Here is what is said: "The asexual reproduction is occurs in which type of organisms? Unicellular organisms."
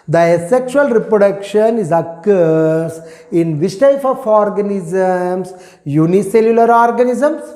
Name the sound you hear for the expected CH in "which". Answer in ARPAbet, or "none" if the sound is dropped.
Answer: S